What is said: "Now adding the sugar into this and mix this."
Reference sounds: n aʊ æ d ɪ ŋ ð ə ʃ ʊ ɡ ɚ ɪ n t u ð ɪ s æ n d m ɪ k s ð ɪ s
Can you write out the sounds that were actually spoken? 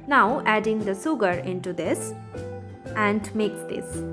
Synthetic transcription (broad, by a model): n aʊ æ d ɪ ŋ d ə s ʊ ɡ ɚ ɪ n t u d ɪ s æ n d m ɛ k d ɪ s